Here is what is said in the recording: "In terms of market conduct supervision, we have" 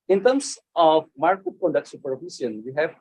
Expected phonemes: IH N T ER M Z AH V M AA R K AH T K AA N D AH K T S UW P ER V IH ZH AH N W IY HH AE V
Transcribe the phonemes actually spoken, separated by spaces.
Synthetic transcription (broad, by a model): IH N T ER M S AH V M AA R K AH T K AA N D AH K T S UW P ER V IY S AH N W IY HH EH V